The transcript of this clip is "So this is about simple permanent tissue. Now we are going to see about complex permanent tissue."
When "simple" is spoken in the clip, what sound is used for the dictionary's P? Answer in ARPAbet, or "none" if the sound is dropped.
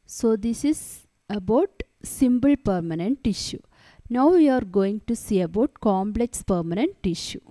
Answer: B